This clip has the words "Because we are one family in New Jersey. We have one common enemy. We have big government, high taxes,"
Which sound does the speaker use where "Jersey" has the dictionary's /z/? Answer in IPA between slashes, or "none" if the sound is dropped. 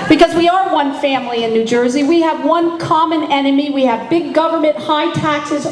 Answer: /z/